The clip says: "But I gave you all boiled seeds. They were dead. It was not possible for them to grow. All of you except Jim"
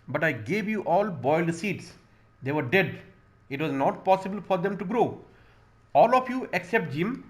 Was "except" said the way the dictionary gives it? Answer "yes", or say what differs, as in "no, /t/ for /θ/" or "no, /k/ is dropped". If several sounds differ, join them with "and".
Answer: yes